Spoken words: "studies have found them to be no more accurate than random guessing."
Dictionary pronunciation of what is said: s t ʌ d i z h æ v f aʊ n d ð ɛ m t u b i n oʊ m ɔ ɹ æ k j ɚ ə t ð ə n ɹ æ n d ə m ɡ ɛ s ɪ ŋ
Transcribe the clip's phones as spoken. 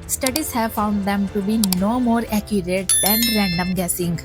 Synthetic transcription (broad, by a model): s t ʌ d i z h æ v f aʊ n d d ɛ m t u b i n oʊ m ɔ ɹ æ k j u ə t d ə n ɹ æ n d ə m ɡ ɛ s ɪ ŋ